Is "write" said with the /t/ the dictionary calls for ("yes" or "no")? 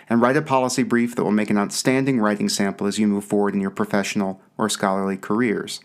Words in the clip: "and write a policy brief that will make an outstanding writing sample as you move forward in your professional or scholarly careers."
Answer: yes